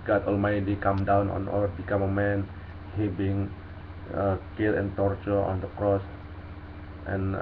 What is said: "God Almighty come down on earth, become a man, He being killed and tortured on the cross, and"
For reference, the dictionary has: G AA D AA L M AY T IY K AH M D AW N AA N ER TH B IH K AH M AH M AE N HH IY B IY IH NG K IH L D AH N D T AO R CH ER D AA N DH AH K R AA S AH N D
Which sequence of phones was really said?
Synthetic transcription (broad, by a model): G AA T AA L M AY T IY K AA M D AW N AA N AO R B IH K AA M AH M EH N HH IY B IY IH NG K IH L AH N T AO R CH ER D AA N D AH K R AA S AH N